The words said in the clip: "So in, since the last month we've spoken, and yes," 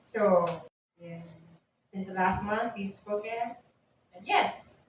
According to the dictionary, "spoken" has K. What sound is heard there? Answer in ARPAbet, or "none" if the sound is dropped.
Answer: none